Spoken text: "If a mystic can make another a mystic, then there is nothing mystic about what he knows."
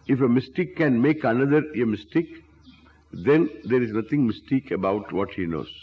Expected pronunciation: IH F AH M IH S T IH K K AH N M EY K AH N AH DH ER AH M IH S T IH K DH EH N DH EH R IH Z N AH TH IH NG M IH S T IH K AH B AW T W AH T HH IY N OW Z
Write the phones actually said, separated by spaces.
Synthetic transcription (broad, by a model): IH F AH M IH S T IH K K AH N M EY K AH N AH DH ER AH M IH S T IH K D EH N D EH R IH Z N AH T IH NG M IH S T IH K AH B AW T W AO T HH IY N OW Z